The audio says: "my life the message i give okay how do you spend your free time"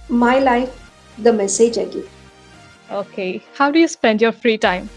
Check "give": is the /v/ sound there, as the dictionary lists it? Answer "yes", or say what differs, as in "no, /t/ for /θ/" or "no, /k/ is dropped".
no, /v/ is dropped